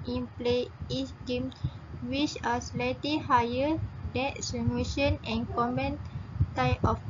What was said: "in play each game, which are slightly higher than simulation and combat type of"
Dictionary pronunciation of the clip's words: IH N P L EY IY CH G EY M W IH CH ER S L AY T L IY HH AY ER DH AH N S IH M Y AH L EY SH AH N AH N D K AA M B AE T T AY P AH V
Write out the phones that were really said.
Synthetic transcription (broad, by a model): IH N P L EY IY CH G EY M W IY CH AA S L AY T L IY HH AY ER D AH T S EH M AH EY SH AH N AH N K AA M AE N T AY P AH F